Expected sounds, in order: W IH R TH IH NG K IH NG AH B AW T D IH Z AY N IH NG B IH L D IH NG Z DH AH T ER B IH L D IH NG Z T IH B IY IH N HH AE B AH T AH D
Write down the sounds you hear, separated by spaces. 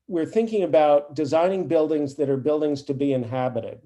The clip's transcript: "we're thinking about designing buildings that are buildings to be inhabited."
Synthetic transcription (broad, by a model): W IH R TH IH NG K IH NG AH B AW T D IH Z AY N IH NG B IH L D IH NG Z DH AH T ER B IH L D IH NG Z T IH B IY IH N HH AE B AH T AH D